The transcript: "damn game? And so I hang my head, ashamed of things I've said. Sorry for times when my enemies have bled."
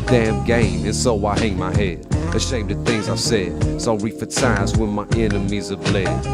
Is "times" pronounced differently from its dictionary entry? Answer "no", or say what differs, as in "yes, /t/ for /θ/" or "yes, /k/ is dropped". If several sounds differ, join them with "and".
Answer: yes, /m/ is dropped